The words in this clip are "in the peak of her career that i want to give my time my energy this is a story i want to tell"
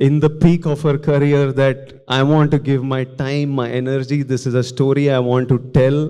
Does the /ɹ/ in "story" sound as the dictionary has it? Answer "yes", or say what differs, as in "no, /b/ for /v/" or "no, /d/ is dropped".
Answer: yes